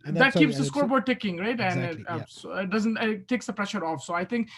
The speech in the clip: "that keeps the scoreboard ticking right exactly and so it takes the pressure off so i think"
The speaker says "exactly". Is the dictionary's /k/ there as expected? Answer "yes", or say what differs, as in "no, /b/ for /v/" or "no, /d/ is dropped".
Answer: no, /k/ is dropped